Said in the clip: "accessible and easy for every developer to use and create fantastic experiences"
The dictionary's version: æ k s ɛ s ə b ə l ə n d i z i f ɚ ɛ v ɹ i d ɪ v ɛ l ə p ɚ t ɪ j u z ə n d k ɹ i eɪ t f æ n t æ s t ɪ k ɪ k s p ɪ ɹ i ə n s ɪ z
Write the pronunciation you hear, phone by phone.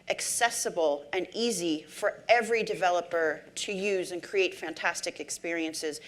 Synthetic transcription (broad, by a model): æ k s ɛ s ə b l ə n i z i f ɚ ɛ v ɹ i d ɪ v ɛ l ə p ɚ t ɪ j u z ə n k ɹ i eɪ t f æ n t æ s t ɪ k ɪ k s p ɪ ɹ i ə n s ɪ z